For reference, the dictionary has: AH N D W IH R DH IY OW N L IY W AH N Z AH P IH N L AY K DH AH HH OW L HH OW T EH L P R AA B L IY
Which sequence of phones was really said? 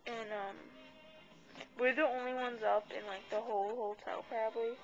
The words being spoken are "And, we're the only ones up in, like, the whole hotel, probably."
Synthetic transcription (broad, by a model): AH N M W IH R DH IY OW N L IY W AH N Z AH P IH N L AY K DH AH HH OW L HH OW T EH L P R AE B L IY